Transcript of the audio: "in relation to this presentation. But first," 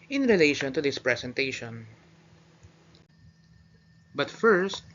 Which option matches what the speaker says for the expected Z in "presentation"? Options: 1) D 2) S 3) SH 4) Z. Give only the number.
2